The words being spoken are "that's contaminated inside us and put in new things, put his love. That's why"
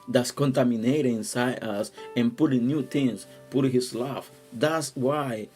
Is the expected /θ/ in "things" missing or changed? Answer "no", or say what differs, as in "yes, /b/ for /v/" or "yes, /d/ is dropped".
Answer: yes, /t/ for /θ/